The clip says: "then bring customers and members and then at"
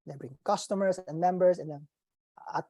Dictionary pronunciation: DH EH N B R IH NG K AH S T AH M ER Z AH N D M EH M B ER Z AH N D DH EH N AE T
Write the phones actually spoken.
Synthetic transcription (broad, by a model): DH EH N B R IH NG K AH S T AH M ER S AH N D M EH M B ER S AH N D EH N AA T